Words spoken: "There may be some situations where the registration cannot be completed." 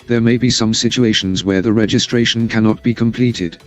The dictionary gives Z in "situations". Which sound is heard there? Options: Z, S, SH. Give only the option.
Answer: Z